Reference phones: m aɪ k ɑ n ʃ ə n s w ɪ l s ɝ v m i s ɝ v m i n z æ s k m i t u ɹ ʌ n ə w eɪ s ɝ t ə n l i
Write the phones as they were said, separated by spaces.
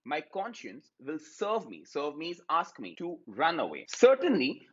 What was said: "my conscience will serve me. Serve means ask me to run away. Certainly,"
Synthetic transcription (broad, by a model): m aɪ k ɑ n ʃ ə n s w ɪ l s ɝ v m i s ɝ v m i z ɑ s k m i t u ɹ ʌ n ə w eɪ s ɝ t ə n l i